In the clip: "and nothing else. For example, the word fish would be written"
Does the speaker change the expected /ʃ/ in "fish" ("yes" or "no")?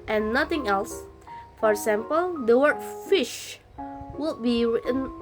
no